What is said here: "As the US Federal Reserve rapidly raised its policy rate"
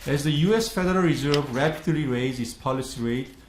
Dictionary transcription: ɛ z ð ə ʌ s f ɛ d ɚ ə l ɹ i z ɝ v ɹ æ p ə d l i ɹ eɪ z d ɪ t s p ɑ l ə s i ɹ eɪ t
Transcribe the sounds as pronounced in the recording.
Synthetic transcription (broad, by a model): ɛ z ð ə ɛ s f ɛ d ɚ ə l ɹ i z ɝ v ɹ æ p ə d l i ɹ eɪ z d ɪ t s p ɑ l ə s i ɹ eɪ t